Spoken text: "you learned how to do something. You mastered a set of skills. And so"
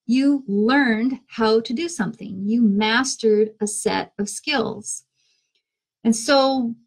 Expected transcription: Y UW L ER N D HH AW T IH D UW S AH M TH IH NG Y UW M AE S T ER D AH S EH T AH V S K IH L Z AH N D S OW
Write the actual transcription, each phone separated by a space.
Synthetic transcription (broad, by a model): Y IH L ER N D HH AW T IH D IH S AH M TH IH NG Y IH M AE S T ER D AH S EH T AH V S K IH L Z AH N S OW